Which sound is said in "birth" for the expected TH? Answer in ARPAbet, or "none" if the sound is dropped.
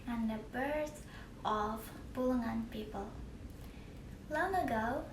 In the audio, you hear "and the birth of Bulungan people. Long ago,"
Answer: S